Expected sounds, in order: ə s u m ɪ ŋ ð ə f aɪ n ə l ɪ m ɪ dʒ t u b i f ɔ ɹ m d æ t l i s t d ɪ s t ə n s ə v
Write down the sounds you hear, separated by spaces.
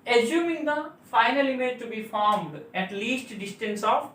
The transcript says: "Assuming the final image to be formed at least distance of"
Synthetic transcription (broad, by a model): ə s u m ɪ ŋ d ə f aɪ n ə l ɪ m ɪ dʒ t u b i f ɔ ɹ m d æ t l i s t d ɪ s t ə n s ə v